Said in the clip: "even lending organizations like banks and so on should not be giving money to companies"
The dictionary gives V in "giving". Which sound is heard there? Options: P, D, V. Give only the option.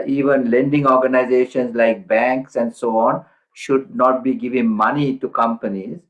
V